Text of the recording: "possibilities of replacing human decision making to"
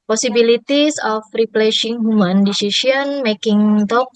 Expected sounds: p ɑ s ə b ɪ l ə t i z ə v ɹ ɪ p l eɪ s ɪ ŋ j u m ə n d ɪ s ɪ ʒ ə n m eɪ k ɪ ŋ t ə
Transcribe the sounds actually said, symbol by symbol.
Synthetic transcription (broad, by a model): p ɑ s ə b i l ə t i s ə f ɹ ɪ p l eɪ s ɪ ŋ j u m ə n d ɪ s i s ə n m eɪ k ɪ ŋ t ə